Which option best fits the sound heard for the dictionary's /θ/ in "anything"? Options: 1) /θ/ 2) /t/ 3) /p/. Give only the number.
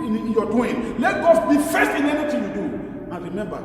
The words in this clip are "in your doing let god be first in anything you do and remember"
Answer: 2